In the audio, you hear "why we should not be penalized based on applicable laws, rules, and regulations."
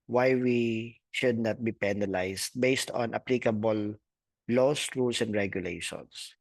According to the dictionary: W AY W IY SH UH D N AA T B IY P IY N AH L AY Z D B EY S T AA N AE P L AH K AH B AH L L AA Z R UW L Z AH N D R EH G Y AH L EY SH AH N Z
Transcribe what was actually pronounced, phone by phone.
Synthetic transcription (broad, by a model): W AY W IY SH UH D N AA T B IY P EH N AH L AY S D B EY S T AA N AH P L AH K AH B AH L L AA S R UW L S AH N D R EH G Y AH L EY SH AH N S